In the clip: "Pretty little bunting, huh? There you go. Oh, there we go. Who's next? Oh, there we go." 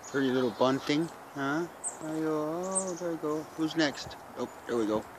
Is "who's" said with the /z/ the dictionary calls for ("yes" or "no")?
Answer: yes